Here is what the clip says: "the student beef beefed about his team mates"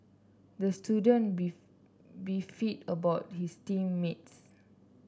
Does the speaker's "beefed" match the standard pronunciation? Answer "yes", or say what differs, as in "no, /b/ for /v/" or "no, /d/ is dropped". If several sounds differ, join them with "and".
no, /f/ is dropped